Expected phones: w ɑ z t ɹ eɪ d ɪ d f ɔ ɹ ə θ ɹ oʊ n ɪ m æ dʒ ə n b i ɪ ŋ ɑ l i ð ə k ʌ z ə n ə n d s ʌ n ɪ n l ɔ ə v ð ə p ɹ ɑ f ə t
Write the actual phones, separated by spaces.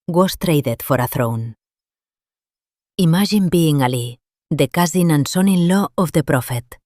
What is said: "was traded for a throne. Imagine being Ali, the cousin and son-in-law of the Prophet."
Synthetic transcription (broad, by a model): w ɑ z t ɹ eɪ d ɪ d f ɔ ɹ ə θ ɹ oʊ n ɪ m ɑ ʒ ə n b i ŋ ɑ l i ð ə k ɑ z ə n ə n s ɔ n ɪ n l ɔ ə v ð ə p ɹ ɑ f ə t